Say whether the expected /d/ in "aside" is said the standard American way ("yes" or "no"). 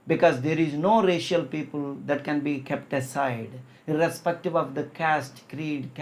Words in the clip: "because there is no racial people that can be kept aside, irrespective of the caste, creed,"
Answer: yes